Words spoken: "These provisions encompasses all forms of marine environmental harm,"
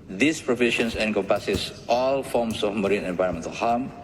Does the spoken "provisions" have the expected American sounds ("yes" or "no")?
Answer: no